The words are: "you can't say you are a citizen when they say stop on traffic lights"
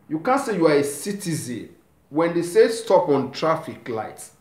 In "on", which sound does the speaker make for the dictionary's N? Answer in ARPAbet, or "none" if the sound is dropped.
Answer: N